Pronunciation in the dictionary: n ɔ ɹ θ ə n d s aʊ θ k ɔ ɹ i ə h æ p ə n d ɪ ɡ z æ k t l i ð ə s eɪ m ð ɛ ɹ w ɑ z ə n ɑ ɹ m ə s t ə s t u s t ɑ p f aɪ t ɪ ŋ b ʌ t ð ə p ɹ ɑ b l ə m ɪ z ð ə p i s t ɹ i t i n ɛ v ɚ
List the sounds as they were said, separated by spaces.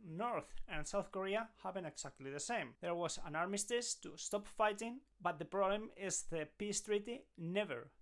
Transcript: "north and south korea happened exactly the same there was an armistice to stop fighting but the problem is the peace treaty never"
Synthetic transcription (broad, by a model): n ɔ ɹ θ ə n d s aʊ θ k ɔ ɹ i ə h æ b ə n ɪ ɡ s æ k t l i ð ə s eɪ m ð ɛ ɹ w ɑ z ə n ɑ ɹ m ə s t ə s t u s t ɑ p f aɪ t ɪ ŋ b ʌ t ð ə p ɹ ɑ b l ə m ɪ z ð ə p i s t ɹ i t i n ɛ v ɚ